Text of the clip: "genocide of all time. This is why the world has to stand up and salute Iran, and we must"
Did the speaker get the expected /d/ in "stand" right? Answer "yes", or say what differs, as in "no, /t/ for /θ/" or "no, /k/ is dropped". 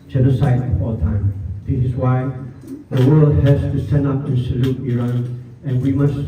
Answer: no, /d/ is dropped